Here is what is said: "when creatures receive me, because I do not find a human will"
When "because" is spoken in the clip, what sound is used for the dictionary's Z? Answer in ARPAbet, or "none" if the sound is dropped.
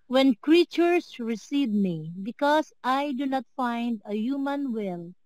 S